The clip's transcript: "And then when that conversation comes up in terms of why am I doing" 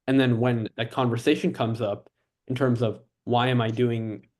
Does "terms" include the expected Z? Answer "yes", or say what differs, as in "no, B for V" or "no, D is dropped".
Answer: yes